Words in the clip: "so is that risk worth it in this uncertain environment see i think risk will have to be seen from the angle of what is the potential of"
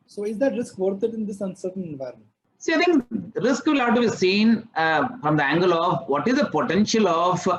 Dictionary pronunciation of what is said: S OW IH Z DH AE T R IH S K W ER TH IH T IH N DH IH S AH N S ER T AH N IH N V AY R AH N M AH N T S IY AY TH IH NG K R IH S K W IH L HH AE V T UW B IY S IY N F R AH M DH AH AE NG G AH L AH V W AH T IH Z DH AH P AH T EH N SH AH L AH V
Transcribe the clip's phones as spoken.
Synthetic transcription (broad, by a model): S OW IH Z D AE T R IH S K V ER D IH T IH N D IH S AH N S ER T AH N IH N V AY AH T S IY AY T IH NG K R IH S K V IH L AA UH T UW B IY S IY N F R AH M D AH AE NG G AH L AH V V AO T IH Z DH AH P AH T EH N SH AH L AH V